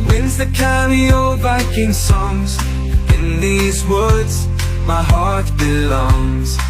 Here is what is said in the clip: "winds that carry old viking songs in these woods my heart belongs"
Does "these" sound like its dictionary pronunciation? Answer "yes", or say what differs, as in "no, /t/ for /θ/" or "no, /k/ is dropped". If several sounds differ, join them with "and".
yes